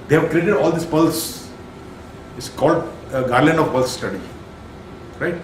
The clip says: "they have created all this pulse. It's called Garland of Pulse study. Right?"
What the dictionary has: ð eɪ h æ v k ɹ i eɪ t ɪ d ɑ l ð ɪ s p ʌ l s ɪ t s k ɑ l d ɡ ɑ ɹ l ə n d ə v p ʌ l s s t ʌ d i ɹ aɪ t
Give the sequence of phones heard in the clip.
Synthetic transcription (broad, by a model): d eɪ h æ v k ɹ i eɪ t ɪ d ɑ l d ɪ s p ʌ l s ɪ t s k ɑ l d ɡ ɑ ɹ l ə n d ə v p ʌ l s s t ʌ d i ɹ aɪ t